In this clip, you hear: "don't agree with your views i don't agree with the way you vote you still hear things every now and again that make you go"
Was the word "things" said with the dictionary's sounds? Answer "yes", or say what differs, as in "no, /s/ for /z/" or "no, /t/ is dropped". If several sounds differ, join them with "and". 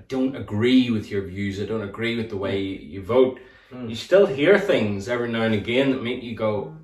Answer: yes